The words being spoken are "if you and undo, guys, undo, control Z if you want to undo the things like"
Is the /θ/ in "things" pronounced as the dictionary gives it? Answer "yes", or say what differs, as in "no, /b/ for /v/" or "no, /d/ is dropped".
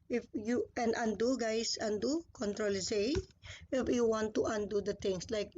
no, /t/ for /θ/